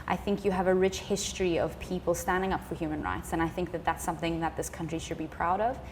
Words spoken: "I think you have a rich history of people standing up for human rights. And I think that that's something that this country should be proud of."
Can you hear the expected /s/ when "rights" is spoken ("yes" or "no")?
yes